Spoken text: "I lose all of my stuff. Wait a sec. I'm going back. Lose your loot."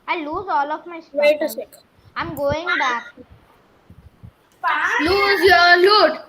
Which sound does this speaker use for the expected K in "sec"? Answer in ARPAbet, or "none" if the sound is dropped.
none